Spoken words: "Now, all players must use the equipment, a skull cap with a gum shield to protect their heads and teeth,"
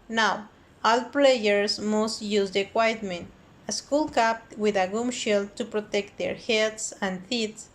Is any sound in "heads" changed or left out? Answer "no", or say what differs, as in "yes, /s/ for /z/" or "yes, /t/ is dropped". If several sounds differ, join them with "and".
yes, /s/ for /z/